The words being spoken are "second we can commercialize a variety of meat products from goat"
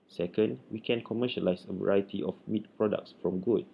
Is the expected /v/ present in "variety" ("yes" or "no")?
yes